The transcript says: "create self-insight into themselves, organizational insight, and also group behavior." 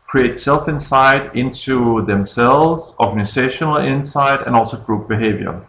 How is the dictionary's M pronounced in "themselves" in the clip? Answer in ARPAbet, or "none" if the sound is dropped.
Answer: M